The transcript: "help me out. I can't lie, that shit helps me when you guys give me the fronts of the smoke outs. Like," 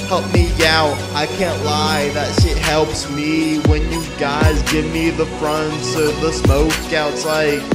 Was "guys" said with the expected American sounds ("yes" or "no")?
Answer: yes